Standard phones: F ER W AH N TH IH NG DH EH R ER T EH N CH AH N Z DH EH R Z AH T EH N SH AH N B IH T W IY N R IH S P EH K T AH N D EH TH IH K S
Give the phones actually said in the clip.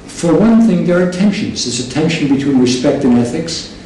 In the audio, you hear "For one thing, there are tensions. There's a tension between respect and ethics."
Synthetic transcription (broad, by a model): F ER W AH N TH IH NG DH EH R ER T EH N SH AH N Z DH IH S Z AH T EH N SH AH N B IH T W IY N R IH S P EH K T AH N EH TH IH K S